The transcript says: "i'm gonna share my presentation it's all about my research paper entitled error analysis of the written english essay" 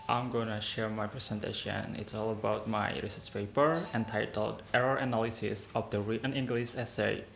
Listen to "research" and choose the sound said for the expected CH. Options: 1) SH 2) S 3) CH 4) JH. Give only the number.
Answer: 2